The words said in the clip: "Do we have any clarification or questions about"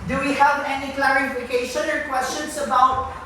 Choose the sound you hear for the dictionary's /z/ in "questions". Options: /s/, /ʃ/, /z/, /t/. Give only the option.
/s/